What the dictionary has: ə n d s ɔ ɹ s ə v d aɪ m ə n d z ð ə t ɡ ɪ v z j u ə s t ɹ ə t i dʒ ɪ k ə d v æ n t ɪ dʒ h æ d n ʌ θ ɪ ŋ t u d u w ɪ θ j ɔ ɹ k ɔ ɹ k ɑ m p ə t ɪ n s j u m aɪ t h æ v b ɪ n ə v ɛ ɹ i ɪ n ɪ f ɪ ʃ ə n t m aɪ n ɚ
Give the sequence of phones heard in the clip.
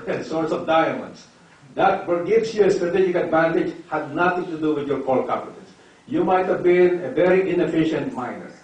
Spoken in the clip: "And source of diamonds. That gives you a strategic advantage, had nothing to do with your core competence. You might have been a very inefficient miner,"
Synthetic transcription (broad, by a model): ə s ɔ ɹ s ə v d aɪ m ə n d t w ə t ɡ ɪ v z j u ə s t ɹ ə t i dʒ ɪ k ə d v æ n t ɪ dʒ h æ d n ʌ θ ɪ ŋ t u d u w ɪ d j ɔ ɹ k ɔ l k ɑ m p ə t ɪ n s j u m aɪ t h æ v b ɪ n ə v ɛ ɹ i ɪ n ɪ f ɪ ʃ ə n t m aɪ n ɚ